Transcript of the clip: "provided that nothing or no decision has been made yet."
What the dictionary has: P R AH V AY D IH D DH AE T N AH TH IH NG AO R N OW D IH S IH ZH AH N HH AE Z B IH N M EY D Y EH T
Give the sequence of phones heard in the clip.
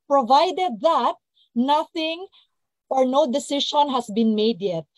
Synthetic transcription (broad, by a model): P R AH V AY D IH D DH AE T N AH TH IH NG AO R N OW D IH S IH SH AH N HH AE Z B IH N M EY D Y EH T